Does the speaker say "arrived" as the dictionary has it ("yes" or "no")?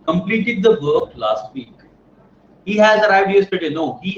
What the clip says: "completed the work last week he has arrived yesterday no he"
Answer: no